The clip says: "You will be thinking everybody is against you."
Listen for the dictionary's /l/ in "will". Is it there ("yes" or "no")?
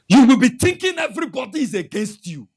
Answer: yes